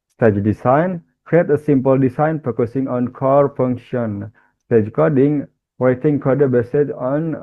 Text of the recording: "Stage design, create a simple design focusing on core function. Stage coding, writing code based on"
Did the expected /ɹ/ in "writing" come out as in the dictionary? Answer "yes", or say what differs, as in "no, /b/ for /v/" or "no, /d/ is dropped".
no, /w/ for /ɹ/